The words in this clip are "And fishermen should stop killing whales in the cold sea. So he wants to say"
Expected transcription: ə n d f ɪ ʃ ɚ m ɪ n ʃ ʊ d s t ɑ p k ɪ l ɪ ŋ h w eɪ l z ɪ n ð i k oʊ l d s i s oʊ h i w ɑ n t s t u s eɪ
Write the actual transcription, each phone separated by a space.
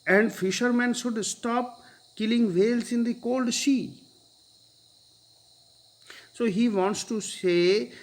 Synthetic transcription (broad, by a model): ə n d f ɪ ʃ ɚ m ɪ n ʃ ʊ d s t ɑ p k ɪ l ɪ ŋ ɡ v eɪ l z ɪ n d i k oʊ l d ʃ i s oʊ h i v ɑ n t s t u s eɪ